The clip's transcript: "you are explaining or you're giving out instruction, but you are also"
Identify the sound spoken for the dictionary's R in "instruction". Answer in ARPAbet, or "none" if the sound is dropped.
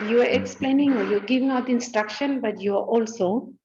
R